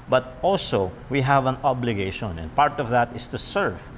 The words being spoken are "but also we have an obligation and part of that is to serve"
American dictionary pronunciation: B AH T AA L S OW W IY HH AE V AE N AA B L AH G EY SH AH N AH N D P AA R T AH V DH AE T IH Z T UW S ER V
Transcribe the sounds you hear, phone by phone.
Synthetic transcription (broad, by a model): B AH T AA L S OW W IY HH AE V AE N AA B L AH G EY SH AH N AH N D P AA R T AH V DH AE T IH S T UW S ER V